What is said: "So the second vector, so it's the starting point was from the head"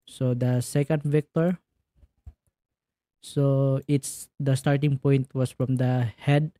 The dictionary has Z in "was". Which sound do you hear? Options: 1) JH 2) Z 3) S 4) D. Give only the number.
3